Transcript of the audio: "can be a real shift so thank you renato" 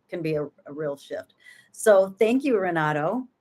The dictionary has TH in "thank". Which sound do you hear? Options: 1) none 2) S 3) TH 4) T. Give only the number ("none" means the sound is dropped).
3